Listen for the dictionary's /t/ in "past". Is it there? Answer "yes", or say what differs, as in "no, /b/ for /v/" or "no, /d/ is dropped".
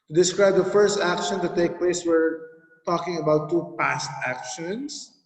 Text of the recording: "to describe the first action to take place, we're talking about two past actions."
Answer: yes